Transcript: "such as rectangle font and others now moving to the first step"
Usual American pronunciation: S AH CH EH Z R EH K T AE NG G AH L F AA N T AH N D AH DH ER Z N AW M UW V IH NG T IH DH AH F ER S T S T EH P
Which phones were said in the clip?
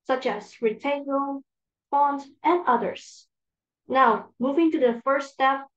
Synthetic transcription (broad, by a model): S AH CH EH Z R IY T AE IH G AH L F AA N T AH N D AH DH ER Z N AW M UW V IH NG T IH DH AH F ER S S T EH P